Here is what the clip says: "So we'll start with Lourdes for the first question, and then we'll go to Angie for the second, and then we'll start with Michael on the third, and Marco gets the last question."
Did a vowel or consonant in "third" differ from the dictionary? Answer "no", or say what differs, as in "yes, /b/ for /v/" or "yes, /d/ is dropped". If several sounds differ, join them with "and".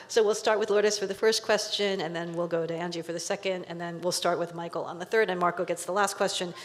no